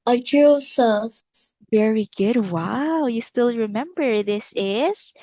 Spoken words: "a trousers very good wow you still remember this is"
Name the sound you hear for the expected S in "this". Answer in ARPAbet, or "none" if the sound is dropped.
S